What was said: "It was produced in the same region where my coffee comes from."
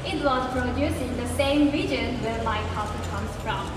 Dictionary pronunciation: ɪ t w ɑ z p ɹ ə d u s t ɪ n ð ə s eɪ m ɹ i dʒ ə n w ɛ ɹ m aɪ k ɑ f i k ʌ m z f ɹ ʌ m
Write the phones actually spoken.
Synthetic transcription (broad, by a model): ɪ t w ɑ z p ɹ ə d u s ɪ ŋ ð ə s eɪ m ɹ i dʒ ə n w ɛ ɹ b aɪ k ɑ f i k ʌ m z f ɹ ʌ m